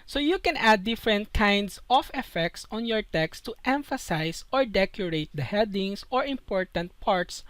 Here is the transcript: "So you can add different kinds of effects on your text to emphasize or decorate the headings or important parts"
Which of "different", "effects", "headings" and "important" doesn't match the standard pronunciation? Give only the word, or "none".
headings